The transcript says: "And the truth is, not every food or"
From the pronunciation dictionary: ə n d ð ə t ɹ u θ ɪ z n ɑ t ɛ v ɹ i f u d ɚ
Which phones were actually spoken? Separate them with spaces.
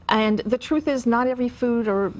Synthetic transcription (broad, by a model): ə n ð ə t ɹ u θ ɪ z n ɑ t ɛ v ɹ i f u d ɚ